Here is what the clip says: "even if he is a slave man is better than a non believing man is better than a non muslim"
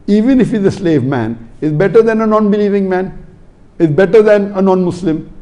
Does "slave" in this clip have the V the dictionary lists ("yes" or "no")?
yes